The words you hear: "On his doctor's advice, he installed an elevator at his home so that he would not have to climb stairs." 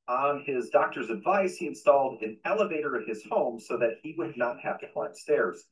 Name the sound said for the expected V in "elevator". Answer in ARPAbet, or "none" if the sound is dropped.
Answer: V